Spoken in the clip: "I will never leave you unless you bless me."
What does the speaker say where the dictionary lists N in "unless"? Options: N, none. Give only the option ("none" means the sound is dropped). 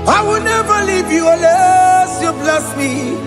none